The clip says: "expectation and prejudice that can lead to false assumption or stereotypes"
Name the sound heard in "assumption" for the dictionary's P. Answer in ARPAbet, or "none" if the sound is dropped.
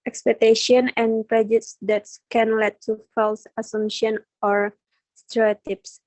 none